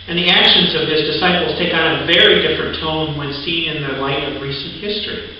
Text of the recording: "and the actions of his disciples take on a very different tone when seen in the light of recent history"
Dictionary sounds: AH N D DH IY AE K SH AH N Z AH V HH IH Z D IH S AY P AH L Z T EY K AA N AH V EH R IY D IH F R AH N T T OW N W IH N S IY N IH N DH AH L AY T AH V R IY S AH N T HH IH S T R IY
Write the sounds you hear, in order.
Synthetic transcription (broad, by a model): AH N DH IY AE K SH AH N Z AH V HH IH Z D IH S AY P L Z T EY K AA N AH V EH R IY D IH F R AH N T T OW N W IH N S IY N IH N DH AH L AY T AH V R IY S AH N T HH IH S T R IY